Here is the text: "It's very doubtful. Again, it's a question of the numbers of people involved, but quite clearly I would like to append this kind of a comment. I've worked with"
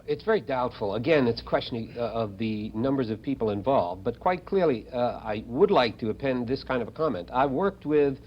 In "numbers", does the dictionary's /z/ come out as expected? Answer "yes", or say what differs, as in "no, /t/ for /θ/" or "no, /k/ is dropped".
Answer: yes